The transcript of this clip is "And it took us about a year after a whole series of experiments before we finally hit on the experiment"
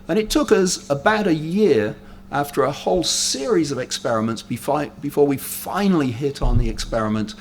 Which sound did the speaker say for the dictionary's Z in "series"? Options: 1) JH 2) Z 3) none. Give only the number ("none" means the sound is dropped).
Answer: 2